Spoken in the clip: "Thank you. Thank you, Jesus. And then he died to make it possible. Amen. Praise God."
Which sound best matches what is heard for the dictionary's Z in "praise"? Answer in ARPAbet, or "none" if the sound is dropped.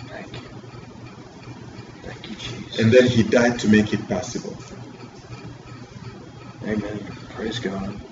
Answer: Z